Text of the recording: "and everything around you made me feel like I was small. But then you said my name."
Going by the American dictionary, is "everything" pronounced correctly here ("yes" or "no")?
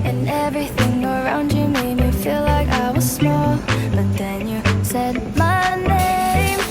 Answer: yes